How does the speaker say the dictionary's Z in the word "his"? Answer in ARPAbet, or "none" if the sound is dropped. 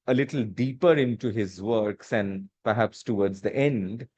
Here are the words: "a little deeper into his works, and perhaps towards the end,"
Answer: Z